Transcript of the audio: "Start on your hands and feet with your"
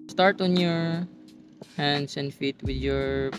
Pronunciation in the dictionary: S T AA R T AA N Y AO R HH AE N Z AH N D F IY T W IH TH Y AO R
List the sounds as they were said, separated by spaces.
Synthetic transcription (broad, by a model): S T AA R T AA N Y AO R HH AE N S AH N D F IY T W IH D Y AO R